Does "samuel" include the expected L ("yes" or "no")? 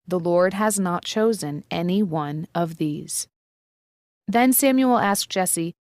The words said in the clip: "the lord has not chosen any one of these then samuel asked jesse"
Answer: yes